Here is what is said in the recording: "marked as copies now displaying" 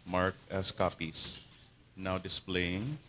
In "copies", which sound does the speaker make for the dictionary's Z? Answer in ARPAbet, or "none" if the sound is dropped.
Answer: S